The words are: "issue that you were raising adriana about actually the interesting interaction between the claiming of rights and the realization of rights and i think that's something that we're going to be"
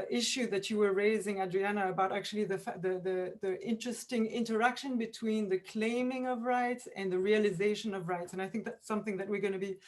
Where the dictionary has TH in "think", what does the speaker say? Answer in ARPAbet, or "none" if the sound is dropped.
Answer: TH